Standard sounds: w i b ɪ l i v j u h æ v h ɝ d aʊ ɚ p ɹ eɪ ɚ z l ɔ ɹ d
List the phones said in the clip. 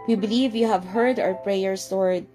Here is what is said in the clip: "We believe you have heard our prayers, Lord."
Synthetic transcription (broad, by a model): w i b ɪ l i v j u h æ v h ɝ d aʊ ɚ p ɹ eɪ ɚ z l ɔ ɹ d